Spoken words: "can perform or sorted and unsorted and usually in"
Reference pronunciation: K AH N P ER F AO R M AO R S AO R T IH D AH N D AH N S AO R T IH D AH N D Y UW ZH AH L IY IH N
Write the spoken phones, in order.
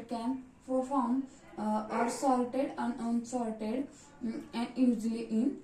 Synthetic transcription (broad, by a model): K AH N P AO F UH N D AO R S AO L T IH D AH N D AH N S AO L T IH D AH N D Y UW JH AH L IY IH N